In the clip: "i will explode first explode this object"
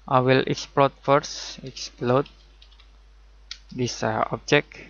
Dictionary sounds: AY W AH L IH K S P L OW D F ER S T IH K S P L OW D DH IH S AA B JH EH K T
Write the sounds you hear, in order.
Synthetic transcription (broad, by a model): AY W AH L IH K S P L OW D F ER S IH K S P L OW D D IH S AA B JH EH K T